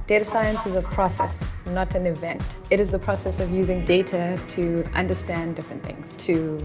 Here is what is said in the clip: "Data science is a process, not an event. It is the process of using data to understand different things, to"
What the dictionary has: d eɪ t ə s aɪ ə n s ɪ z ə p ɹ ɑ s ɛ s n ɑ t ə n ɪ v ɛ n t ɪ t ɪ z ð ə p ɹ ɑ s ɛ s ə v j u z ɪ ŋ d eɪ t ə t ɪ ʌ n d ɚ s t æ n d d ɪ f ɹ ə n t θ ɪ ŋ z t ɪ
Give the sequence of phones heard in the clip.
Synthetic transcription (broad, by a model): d eɪ t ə s aɪ ə n s ɪ z ə p ɹ ɑ s ɛ s n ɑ t ə n ɪ v ɛ n t ɪ t ɪ z ð ə p ɹ ɑ s ɛ s ə v j u z ɪ ŋ d eɪ t ə t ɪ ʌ n d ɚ s t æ n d d ɪ f ɹ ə n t θ ɪ ŋ z t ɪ